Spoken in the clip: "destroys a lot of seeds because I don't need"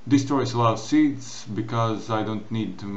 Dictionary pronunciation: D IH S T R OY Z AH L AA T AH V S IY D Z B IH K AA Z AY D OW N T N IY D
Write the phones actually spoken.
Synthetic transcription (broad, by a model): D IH S T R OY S AH L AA AH S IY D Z B IH K AA Z AY D OW N T N IY D